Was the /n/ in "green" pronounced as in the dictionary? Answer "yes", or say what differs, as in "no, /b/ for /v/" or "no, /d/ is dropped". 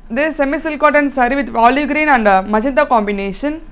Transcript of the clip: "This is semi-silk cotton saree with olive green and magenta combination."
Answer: yes